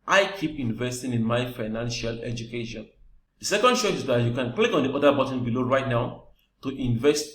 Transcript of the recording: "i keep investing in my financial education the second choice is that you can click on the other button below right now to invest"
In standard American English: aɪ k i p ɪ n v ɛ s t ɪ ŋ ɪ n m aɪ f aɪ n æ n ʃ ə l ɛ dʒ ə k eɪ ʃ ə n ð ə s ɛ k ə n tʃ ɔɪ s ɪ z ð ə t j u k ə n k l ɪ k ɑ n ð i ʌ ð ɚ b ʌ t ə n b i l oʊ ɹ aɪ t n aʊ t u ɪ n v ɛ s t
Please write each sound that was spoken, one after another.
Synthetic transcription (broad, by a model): aɪ k i p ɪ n v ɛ s t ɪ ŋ ɪ n m aɪ f aɪ n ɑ n ʃ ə l ɛ dʒ ə k eɪ ʃ ə n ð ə s ɛ k ə n ʃ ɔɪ ɪ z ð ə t j u k ə n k l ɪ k ɑ n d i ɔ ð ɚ b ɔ t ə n b i l oʊ ɹ aɪ t n aʊ t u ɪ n v ɛ s t